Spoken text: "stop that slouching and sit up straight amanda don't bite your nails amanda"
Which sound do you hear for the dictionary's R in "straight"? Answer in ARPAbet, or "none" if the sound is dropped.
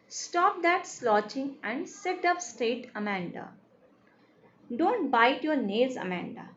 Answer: none